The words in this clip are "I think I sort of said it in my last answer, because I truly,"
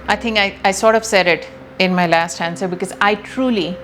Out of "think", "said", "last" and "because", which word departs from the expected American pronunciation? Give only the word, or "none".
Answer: think